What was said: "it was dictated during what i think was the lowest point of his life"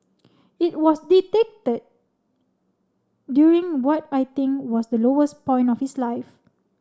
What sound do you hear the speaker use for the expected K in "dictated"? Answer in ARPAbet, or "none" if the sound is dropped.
none